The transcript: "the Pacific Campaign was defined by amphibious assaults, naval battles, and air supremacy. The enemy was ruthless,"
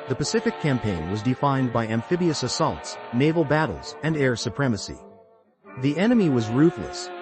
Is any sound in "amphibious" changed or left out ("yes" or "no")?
no